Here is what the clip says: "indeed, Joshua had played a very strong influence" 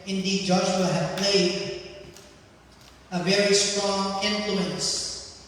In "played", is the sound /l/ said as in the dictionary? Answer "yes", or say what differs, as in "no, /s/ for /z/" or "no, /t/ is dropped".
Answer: yes